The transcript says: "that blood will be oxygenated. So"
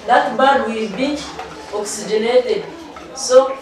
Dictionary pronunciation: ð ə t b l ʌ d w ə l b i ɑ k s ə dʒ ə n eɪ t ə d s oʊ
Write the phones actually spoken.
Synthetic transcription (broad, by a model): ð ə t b ʌ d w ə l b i ɑ k s ə dʒ ə n eɪ t ə d s oʊ